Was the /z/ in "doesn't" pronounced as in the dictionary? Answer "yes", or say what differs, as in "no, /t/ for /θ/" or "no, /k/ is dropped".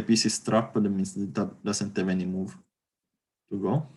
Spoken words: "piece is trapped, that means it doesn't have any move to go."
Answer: no, /s/ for /z/